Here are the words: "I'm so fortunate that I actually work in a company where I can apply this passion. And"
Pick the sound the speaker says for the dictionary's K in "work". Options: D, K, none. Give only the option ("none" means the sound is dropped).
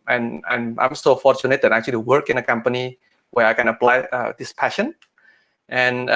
K